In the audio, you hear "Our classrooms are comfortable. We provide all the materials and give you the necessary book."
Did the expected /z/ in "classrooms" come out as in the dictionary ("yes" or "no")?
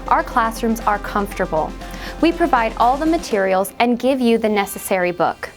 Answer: yes